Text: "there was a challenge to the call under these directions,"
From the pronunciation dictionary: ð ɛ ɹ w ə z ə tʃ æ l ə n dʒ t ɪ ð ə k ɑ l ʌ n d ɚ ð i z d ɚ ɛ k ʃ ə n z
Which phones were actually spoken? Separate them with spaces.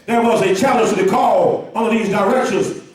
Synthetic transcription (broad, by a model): ð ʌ ɹ w ə z ə tʃ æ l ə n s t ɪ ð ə k ɑ l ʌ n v ð i z d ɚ ɛ k ʃ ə n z